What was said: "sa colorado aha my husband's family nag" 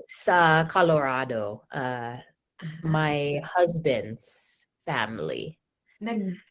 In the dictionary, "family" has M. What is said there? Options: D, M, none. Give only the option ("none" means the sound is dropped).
M